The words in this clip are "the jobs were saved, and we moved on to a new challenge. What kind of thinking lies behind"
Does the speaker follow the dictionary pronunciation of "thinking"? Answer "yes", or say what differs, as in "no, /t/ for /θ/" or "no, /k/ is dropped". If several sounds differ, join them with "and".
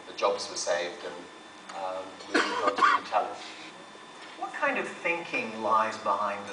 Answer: yes